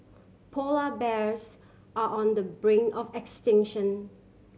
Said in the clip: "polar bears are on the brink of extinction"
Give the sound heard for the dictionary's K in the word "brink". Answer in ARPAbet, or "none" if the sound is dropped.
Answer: none